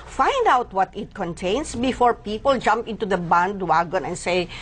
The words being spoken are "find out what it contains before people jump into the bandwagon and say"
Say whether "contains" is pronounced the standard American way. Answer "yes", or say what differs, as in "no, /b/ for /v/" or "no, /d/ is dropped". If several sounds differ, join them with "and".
no, /s/ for /z/